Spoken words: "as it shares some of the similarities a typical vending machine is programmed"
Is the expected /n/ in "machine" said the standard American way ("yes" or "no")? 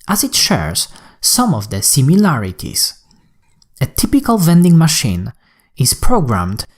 yes